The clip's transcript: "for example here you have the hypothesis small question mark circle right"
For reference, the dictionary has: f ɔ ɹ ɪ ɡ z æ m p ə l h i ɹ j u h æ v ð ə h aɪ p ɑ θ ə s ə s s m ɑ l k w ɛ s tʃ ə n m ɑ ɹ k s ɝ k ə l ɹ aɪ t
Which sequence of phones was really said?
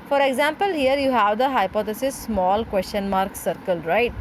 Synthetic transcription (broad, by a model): f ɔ ɹ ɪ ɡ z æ m p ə l h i ɹ j u h æ v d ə h aɪ p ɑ t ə s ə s s m ɑ l k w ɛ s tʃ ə n m ɑ ɹ k s ɝ k ə l ɹ aɪ t